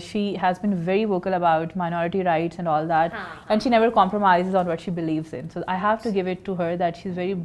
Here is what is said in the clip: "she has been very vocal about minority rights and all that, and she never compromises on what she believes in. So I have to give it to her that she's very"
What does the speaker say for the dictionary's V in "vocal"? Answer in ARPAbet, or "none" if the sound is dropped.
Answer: V